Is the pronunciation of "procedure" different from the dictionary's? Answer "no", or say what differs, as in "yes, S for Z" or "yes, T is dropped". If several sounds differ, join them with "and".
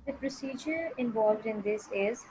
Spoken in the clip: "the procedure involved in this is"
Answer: no